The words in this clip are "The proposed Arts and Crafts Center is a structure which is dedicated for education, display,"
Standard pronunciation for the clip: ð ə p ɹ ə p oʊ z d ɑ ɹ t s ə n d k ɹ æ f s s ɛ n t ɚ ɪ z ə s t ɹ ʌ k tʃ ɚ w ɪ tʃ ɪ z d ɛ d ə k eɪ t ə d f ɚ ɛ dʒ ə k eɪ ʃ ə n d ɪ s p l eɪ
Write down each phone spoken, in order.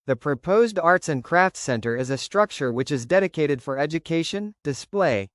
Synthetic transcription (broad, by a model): ð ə p ɹ ə p oʊ z d ɑ ɹ t s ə n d k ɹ æ f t s ɛ n t ɚ ɪ z ə s t ɹ ʌ k tʃ ɚ w ɪ tʃ ɪ z d ɛ d ə k eɪ t ə d f ɚ ɛ dʒ ə k eɪ ʃ ə n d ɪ s p l eɪ